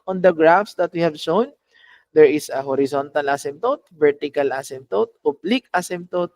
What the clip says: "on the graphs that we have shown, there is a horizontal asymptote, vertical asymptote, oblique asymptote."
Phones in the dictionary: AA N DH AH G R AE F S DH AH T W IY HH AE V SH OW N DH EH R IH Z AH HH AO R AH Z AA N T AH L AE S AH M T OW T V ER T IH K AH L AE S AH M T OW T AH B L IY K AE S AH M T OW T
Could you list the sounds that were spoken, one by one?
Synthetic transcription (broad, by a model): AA N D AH G R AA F S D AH T W IY HH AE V SH OW N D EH R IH S AH HH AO R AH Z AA N T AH L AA S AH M T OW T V ER T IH K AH L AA S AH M T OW T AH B L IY K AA S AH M T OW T